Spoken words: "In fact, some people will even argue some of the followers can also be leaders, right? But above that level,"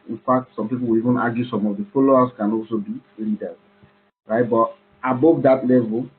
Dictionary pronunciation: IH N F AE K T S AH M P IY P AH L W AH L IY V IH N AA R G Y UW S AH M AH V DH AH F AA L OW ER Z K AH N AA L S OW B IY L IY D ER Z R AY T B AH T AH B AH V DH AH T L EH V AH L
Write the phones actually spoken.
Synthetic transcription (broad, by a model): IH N F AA K T S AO M P IY P AH L W AH L IY V IH N AA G Y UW S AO M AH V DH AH F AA L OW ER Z K AH N AA L S OW B IY L IY D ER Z R AY T B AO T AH B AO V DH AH T L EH V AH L